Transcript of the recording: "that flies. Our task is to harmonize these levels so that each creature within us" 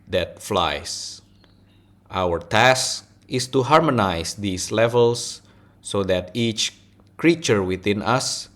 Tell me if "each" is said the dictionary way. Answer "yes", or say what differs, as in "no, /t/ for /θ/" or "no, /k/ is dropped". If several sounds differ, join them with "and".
yes